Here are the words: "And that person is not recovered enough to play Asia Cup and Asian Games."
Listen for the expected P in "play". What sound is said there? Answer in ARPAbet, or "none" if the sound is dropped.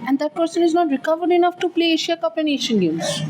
P